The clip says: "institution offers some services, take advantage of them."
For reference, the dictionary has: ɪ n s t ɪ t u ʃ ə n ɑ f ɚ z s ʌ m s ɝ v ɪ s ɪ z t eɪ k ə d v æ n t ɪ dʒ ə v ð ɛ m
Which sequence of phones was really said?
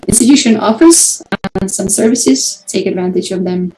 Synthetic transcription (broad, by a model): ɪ n s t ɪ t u ʃ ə n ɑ f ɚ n s ʌ m s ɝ v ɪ s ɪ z t eɪ k ə d v æ n t ɪ dʒ ə v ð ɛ m